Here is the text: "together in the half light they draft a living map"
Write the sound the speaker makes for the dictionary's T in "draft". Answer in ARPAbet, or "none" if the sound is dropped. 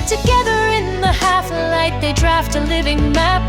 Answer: T